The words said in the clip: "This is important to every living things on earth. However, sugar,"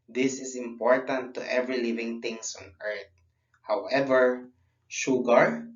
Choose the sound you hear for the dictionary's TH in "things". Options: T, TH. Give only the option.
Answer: T